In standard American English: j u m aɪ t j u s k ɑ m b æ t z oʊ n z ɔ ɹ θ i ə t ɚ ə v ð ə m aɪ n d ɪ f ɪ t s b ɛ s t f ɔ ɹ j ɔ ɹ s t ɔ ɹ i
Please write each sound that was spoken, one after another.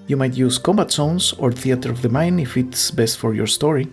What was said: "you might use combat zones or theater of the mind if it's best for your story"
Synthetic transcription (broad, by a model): j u m aɪ t j u s k ɑ m b æ t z oʊ n s ɔ ɹ θ i ə t ɚ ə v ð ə m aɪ n ɪ f ɪ t s b ɛ s t f ɔ ɹ j ɔ ɹ s t ɔ ɹ i